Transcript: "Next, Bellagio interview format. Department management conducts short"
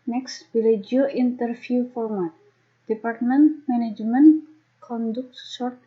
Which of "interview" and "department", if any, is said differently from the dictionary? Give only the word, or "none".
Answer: interview